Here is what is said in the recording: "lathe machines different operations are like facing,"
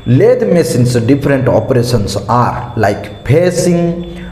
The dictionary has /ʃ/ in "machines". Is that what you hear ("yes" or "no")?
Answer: no